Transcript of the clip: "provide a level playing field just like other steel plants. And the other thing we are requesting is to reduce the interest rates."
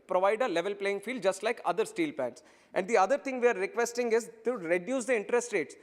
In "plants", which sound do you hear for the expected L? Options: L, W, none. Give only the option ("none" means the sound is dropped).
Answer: none